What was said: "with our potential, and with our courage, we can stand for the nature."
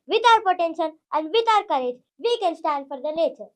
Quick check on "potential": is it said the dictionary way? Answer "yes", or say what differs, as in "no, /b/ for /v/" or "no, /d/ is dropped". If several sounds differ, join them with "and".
no, /n/ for /l/